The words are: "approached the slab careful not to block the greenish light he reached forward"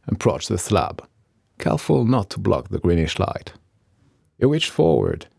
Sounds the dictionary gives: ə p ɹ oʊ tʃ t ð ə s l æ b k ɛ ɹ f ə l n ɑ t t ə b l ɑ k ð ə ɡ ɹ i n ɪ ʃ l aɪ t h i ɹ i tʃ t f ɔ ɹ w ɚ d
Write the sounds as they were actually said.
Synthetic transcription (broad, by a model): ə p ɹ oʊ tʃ ð ə s l æ b k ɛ l f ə l n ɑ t t ə b l ɑ k ð ə ɡ ɹ i n ɪ ʃ l aɪ t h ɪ w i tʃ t f ɔ ɹ w ɚ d